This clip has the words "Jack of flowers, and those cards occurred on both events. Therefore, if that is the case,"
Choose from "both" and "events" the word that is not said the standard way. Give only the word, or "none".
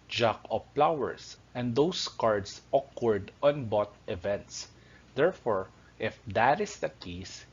both